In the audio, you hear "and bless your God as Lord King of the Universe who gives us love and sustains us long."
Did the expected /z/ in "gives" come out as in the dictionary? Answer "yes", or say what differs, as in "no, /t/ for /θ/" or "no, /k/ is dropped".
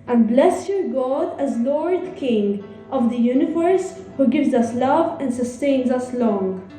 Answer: yes